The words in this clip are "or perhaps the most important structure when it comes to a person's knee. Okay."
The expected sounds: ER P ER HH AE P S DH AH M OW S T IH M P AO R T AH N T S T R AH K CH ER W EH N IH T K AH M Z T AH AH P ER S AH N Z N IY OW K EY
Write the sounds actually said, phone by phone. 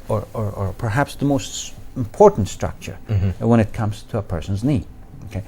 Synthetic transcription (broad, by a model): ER P ER HH AE P S DH AH M OW S T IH M P AO R T N T S T R AH K CH ER W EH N IH T K AH M Z T AH AH P ER S AH N Z N IY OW K EY